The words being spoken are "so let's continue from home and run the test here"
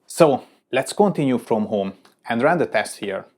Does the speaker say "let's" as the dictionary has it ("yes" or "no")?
yes